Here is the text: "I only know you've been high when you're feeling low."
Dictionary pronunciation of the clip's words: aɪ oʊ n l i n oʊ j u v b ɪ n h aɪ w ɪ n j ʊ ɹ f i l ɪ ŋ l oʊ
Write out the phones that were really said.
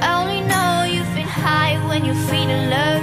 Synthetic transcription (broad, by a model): oʊ n l i n oʊ j u v b ɪ n h aɪ w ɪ n j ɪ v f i n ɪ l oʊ